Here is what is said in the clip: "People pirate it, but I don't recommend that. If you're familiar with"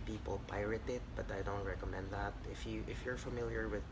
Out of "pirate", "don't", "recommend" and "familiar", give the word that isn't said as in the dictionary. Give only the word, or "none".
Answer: none